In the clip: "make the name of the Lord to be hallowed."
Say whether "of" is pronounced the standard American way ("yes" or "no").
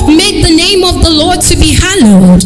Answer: yes